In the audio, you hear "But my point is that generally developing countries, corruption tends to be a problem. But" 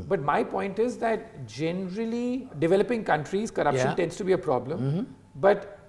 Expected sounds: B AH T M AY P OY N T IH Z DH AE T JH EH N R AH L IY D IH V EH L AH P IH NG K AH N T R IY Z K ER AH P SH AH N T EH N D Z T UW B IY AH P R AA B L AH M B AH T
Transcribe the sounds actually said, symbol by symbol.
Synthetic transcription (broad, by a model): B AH T M AY P OY N T IH Z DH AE T JH EH N R AH L IY D IH V EH L AH P IH NG K AH N T R IY Z K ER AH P SH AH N T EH N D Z T UW B IY AH P R AA B L AH M B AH T